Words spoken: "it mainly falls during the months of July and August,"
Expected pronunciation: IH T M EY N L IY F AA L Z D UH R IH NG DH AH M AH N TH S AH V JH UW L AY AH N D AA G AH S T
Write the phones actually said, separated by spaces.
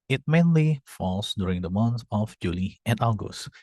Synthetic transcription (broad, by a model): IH T M EY N L IY F AA L S D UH R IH NG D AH M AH N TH AH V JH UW L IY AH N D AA G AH S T